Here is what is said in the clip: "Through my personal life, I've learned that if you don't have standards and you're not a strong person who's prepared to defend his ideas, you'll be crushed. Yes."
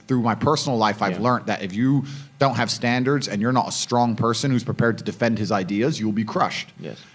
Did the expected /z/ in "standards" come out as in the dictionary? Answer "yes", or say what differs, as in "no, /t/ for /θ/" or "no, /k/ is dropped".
yes